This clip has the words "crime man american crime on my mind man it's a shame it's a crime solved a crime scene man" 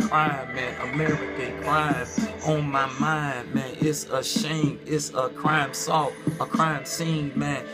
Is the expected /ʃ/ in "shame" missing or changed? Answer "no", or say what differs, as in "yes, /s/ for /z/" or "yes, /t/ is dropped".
no